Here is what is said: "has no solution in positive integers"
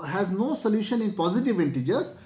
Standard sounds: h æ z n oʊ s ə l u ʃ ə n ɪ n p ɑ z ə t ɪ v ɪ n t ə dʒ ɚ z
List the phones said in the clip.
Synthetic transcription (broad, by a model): h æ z n oʊ s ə l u ʃ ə n ɪ n p ɑ z ə t ɪ v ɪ n t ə dʒ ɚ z